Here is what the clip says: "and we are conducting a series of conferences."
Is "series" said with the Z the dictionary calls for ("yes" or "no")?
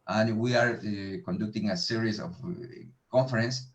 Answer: no